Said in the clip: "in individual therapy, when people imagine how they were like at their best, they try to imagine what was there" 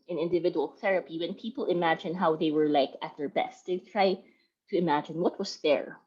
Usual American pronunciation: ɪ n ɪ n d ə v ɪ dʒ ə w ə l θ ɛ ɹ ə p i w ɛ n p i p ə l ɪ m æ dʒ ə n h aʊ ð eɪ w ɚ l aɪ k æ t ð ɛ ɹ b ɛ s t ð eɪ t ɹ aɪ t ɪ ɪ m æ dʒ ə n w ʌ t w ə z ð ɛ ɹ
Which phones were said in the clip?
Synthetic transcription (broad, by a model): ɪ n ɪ n d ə v ɪ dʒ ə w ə l θ ɛ ɹ ə p i w ɛ n p i p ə l ɪ m æ dʒ ə n h aʊ ð eɪ w ɚ l aɪ k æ t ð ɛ ɹ b ɛ s t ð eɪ t ɹ aɪ t ɪ ɪ m æ dʒ ə n w ʌ t w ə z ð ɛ ɹ